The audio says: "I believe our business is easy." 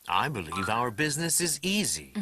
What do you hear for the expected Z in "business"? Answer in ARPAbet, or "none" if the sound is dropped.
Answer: Z